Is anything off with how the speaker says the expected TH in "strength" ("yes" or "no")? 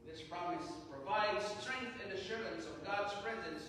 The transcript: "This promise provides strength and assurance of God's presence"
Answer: no